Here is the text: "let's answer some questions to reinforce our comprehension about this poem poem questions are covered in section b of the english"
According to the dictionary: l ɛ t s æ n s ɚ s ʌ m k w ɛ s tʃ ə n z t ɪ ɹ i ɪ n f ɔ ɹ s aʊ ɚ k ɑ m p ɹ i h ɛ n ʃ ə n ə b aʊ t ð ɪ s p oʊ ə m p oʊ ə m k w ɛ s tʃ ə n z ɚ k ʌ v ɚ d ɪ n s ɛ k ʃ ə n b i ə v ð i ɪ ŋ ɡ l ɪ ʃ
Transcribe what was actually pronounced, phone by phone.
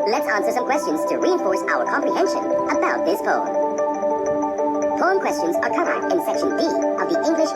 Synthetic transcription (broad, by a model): l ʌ t s æ n s ɚ s ʌ m k w ɛ s tʃ ə n z t ɪ ɹ i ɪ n f ɔ ɹ s aʊ ɚ k ɑ m p ɹ i h ɛ n ʃ ə n ə b aʊ t ð ɪ s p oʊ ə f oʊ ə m k w ɛ s tʃ ə n z ɚ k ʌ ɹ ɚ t ɪ n s ɛ k ʃ ə n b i ə v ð i ɪ ŋ ɡ l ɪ ʃ